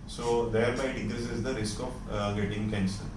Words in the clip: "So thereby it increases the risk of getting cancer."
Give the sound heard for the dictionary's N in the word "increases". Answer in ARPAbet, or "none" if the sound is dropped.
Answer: none